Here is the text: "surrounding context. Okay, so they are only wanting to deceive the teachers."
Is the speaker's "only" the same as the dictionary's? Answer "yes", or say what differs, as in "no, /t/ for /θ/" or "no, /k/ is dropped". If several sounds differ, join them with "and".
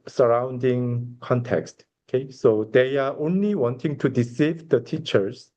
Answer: yes